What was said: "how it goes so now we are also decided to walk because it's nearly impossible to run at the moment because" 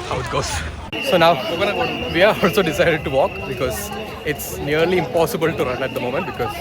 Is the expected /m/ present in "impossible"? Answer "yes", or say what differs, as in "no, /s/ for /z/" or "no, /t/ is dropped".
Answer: yes